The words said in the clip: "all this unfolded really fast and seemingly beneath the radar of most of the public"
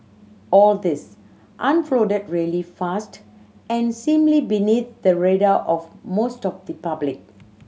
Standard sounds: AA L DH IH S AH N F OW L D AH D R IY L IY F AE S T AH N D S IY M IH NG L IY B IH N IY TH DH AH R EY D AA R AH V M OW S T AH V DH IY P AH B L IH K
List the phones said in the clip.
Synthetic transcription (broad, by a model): AA L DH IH S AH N F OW D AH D R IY L IY F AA S T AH N S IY M L IY B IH N IY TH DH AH R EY D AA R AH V M OW S T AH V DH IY P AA B L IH K